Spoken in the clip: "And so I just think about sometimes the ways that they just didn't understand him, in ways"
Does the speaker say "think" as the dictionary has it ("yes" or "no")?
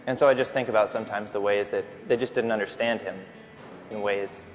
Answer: yes